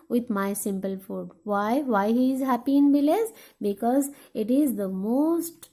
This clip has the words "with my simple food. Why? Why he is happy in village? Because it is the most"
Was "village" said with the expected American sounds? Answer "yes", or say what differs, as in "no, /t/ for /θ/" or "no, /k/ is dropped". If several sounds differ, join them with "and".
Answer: no, /b/ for /v/ and /z/ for /dʒ/